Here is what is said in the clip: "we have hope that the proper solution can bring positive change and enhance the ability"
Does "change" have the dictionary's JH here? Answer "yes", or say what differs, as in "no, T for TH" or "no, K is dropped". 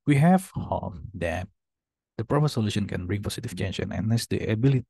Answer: no, SH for JH